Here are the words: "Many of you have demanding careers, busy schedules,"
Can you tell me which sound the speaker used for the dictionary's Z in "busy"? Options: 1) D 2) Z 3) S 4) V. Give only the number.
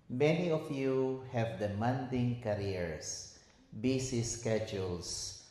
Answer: 3